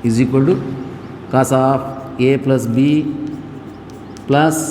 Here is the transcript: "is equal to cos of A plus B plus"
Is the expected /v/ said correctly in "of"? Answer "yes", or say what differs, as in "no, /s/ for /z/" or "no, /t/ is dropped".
no, /p/ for /v/